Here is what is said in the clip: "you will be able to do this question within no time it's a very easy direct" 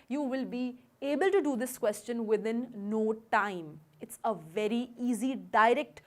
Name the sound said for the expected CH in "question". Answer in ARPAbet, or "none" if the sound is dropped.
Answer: CH